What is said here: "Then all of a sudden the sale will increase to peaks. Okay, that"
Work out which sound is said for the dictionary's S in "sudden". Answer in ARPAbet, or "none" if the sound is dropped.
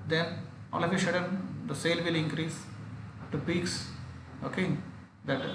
SH